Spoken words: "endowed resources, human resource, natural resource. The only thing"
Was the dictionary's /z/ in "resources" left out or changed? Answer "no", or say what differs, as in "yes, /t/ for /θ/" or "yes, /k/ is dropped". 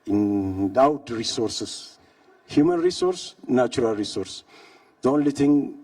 yes, /s/ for /z/